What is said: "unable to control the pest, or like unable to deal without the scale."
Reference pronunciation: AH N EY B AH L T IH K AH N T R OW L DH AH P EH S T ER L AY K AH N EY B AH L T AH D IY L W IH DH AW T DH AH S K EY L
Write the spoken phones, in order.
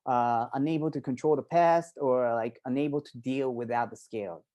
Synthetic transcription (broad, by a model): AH N EY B L T IH K AH N T R OW L DH AH P EH S T ER L AY K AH N EY B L T AH D IY L W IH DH AW T DH AH S K EY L